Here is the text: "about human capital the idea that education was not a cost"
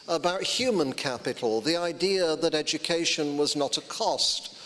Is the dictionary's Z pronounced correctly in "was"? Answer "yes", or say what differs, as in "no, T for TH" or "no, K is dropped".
yes